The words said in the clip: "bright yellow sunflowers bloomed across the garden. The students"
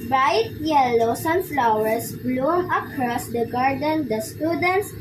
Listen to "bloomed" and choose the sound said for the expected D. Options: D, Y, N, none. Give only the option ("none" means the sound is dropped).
none